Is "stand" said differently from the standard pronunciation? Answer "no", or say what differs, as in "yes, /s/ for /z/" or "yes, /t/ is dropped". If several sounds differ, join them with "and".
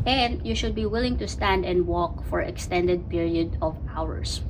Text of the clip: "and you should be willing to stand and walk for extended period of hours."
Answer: no